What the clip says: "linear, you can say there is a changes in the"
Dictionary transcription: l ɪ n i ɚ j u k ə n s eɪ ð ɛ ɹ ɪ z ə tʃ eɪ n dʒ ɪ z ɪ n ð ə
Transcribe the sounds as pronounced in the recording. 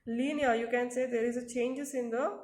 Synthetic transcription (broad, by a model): l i n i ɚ j u k ə n s eɪ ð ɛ ɹ ɪ z ə tʃ eɪ n dʒ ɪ s ɪ n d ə